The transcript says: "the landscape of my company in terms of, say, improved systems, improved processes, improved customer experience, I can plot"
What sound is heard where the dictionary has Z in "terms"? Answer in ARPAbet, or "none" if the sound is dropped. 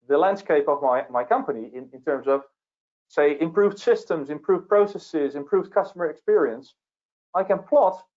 Z